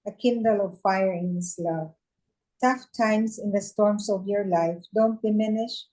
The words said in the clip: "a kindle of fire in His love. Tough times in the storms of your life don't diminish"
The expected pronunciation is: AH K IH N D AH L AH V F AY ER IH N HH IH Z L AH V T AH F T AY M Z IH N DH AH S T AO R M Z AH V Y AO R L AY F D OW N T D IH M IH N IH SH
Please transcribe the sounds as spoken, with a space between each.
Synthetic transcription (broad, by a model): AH K IH N D AH L AH V F AY ER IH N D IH S L AH V T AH F T AY M S IH N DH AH S T AO R M S AH V Y AO R L AY F D OW N T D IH M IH N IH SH